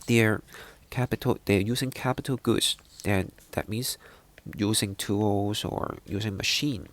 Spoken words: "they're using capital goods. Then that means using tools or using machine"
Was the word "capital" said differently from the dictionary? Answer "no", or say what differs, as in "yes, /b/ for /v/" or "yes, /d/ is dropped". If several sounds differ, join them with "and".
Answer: no